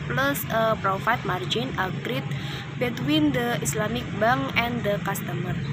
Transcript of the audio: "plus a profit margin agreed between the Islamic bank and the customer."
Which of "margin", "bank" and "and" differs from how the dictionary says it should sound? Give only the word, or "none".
bank